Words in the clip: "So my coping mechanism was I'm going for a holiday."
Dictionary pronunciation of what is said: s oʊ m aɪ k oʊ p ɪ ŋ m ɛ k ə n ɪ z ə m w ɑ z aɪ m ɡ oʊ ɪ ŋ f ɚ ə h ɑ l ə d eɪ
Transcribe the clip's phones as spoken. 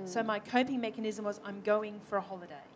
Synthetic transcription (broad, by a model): s oʊ m aɪ k oʊ p ɪ ŋ m ɛ k ə n ɪ z ə m w ɑ z aɪ m ɡ oʊ ɪ ŋ f ɚ ə h ɑ l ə d eɪ